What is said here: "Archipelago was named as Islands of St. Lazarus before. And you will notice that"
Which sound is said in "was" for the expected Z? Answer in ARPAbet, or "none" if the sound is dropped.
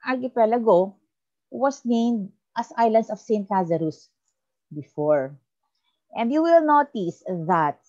S